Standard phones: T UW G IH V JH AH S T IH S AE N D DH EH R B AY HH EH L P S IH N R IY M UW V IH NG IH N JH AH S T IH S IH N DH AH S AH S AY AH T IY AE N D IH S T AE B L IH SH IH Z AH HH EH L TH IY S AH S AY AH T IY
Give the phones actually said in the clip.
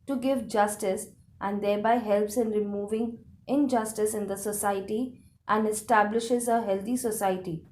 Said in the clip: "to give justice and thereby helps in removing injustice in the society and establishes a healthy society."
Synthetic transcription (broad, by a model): T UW G IH V JH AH S T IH S AE N D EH R B AY HH EH L P S IH N R IY M UW V IH NG IH N JH AH S T IH S IH N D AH S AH S AY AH T IY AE N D IH S T AE B L IH SH IH Z AH HH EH L T IY S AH S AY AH T IY